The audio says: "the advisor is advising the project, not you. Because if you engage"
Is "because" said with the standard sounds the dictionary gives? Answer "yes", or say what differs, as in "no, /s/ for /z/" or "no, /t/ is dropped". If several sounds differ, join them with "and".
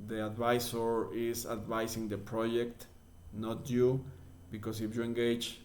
no, /s/ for /z/